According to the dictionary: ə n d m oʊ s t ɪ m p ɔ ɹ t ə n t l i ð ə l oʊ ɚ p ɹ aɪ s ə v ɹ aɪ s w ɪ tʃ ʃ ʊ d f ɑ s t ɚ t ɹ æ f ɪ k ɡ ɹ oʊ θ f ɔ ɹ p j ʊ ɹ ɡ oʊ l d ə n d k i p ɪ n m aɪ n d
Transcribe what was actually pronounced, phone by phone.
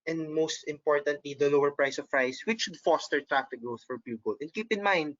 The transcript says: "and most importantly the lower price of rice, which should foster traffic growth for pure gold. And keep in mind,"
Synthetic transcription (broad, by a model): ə n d m oʊ s t ɪ m p ɔ ɹ t ə n t l i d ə l oʊ ɚ p ɹ aɪ s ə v ɹ aɪ s w ɪ tʃ ʃ ʊ d f ɑ s t ɚ t ɹ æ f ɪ k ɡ ɹ oʊ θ f ɔ ɹ p j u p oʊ l ə n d k i p ɪ n m aɪ n d